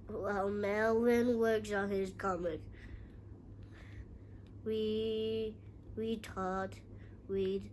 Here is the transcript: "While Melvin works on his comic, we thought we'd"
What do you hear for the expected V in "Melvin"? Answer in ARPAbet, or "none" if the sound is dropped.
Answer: W